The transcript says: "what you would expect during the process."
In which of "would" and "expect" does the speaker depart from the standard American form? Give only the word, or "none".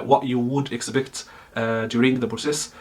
expect